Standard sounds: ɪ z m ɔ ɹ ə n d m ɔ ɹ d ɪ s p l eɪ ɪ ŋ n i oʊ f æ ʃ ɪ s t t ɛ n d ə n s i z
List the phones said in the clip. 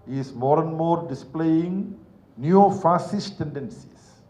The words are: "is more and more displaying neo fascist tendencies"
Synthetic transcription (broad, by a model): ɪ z m ɔ ɹ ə n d m ɔ ɹ d ɪ s p l eɪ ɪ ŋ n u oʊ f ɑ s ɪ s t t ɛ n d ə n s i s